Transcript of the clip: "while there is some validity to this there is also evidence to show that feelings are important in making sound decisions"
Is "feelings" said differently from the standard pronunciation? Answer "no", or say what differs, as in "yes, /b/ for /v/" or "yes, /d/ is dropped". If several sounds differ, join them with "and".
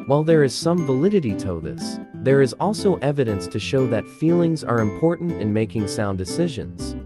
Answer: no